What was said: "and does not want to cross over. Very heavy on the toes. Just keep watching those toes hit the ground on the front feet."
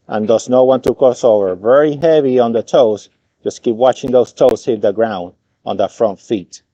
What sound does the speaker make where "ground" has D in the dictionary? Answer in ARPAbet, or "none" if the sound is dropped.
D